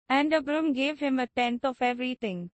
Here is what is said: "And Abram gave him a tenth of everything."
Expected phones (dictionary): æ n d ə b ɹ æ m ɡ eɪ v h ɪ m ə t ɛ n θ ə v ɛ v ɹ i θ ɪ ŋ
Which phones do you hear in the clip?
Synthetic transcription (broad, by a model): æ n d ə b ɹ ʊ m ɡ eɪ v h ɪ m ə t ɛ n t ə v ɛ v ɹ i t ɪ ŋ